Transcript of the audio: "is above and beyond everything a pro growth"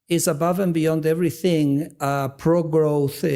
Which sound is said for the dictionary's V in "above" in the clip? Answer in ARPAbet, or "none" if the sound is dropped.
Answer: V